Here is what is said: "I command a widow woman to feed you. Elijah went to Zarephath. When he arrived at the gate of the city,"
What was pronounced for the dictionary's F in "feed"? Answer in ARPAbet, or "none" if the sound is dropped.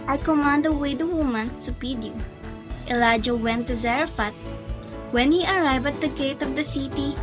P